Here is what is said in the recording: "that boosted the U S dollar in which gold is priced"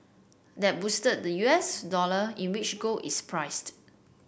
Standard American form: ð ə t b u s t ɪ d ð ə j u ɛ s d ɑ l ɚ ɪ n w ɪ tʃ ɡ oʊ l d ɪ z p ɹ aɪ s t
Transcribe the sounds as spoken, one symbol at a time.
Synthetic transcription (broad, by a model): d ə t b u s t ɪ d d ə j u ɛ s d ɑ l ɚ ɪ n w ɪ tʃ ɡ oʊ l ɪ s p ɹ aɪ s t